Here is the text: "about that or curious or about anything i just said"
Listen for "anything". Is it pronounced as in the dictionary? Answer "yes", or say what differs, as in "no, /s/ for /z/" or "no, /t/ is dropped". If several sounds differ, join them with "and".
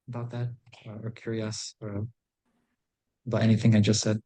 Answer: yes